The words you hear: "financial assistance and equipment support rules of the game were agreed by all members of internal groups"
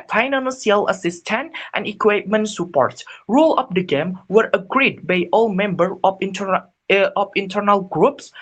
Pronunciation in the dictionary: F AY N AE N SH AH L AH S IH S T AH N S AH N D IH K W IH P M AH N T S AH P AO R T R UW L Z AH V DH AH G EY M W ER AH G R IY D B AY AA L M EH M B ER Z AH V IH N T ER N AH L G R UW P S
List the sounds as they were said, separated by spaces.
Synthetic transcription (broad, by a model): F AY N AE N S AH L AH S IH S T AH N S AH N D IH K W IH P M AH N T S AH P AO R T R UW L AH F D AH G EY M W ER AH G R IY D B AY AA L M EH M B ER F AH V IH N T ER N AH L G R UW P S